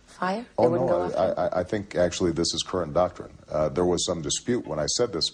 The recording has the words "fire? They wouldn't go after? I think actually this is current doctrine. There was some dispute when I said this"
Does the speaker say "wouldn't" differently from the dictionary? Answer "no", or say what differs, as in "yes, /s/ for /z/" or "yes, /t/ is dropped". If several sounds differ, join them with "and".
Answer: yes, /n/ is dropped